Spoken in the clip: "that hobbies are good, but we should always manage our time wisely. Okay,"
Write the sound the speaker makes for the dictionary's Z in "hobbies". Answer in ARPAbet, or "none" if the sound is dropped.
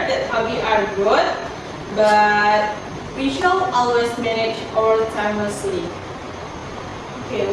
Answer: none